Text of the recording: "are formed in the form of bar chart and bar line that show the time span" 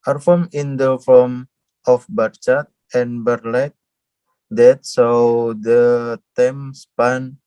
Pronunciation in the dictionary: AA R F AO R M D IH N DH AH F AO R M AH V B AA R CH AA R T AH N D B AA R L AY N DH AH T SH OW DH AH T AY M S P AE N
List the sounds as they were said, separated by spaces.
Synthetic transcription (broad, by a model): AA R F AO M IH N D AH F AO M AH F B AA R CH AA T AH N B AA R L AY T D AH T S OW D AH T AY M S P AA N